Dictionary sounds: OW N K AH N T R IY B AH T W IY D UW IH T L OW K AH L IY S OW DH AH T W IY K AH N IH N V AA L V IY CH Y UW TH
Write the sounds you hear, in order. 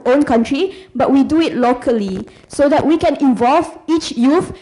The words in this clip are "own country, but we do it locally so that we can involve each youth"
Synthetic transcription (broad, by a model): OW N K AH N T R IY B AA T W IY D UW IH T L OW K AH L IY S OW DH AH T W IY K AH N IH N V AA L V IY CH Y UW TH